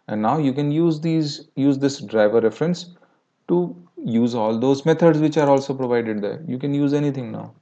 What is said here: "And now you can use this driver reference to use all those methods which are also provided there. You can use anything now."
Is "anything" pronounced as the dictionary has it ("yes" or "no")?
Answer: no